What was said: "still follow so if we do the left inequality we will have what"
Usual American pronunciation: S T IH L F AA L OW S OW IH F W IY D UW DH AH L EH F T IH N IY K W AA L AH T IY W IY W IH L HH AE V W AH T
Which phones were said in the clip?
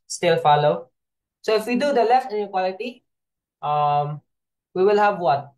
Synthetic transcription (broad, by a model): S T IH L F AA L OW S OW IH F W IY D UW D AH L EH F T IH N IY K W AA L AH T IY W IY W IH L HH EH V W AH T